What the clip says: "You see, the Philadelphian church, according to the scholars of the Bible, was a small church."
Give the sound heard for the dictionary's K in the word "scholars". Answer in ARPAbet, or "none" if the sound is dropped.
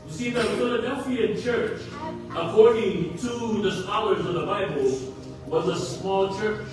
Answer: none